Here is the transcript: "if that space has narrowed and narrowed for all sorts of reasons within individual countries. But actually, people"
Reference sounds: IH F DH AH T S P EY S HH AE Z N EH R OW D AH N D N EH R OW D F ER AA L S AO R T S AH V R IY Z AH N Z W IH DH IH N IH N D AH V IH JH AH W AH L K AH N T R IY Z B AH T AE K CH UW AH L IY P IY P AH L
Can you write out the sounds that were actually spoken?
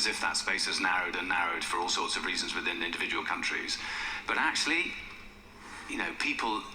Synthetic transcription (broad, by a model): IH F DH AH T S P EY S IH Z N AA R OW D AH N N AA R OW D F ER AA L S AO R T S AH V R IY Z AH N Z W IH DH IH N IH N D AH V IH JH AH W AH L K AH N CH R IY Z B AH T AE K CH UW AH N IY P IY P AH L